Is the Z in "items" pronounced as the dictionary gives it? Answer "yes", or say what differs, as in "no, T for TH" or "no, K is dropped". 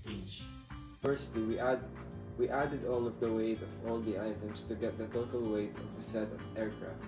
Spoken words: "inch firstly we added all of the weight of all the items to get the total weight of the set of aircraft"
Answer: no, S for Z